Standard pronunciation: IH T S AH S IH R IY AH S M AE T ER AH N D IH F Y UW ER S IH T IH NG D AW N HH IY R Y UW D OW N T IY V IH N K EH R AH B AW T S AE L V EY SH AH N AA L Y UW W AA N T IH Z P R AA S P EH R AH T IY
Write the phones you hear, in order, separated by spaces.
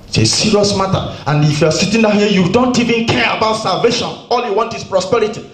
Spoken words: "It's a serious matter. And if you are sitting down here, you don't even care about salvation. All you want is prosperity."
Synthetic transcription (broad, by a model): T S AH S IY R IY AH S M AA T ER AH N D IH F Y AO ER S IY T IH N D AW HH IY Y UW D OW N T IY V IH N K EH R AH B AW T S AE L V EY SH AH N AA L Y UW W AA N T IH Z P R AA S P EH R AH T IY